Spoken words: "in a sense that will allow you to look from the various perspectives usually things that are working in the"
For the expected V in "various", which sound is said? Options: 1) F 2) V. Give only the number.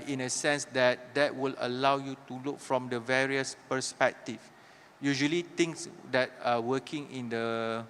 2